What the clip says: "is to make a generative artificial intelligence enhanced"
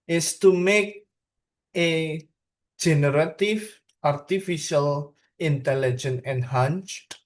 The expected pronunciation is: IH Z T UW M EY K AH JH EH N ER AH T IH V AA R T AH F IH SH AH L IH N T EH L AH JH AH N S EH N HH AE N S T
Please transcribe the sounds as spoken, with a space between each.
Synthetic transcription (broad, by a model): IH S T UW M EY K AH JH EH N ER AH T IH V AA R T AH F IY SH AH L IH N T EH L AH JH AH N EH N HH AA N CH